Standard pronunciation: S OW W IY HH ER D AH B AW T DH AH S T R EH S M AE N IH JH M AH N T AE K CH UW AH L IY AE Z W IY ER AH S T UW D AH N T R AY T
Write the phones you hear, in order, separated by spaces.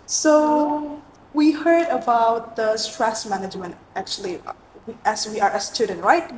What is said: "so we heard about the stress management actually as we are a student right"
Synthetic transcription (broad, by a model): S OW W IY HH ER D AH B AW T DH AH S T R EH S M AE N IH JH M AH N T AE K CH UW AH W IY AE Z W IY ER AH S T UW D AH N R AY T